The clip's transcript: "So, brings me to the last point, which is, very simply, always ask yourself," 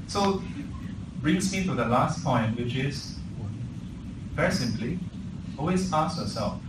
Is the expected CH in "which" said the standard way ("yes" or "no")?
yes